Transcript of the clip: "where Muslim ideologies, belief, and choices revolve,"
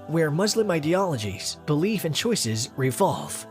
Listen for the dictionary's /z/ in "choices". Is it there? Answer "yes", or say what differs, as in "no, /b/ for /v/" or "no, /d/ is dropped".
yes